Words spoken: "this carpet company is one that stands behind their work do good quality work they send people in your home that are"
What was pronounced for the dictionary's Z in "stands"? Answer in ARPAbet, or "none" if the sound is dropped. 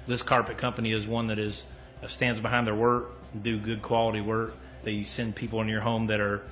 Z